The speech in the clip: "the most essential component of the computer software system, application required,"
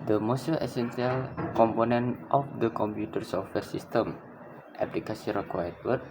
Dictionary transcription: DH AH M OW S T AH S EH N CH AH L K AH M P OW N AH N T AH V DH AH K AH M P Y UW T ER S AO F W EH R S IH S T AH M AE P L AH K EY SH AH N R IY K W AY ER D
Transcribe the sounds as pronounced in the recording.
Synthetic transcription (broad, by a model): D AH M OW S T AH S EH N S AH L K AH M P OW N AH N T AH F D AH K AH M P Y UW T ER S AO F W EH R S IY S T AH M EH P L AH K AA S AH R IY K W AY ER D